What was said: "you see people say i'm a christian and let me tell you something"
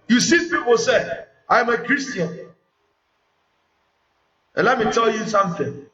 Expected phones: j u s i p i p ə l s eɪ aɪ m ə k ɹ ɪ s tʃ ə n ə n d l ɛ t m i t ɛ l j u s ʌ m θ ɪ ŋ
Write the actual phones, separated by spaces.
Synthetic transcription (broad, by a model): j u s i p i p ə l s eɪ aɪ m ə k ɹ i s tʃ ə ə n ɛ l ɛ t m i t ɛ l j u s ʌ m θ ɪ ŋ